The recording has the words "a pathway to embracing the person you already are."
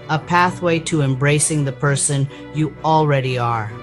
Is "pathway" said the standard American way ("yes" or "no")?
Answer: yes